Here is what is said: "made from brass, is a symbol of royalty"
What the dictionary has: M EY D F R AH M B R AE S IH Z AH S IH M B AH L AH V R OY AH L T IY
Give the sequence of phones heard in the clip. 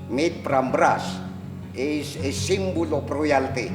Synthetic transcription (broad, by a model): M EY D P R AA M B R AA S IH S AH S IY M B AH L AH P R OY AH L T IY